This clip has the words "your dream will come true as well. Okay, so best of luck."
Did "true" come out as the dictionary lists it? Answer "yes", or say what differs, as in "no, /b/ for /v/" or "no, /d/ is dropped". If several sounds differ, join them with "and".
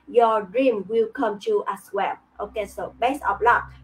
no, /ɹ/ is dropped